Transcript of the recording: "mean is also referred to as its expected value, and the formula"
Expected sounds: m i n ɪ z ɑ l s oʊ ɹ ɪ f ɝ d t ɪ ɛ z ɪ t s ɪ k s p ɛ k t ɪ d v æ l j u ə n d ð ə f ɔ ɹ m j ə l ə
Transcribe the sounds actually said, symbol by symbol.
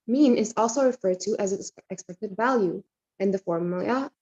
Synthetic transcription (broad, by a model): m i n ɪ z ɑ l s oʊ ɹ ɪ f ɝ d t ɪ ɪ z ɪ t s ɪ k s p ɛ k t ɪ d v æ l j u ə n ð ə f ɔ ɹ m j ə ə